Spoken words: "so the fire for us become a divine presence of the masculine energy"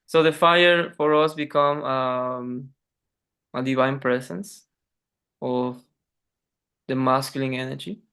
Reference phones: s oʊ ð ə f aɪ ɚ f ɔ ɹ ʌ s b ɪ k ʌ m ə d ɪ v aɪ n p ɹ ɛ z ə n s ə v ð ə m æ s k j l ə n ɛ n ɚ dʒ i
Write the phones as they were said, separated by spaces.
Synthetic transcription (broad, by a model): s oʊ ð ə f aɪ ɚ f ɔ ɹ ʌ s b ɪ k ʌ m ə d ɪ v aɪ n p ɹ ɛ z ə n s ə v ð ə m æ s k j l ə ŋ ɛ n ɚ dʒ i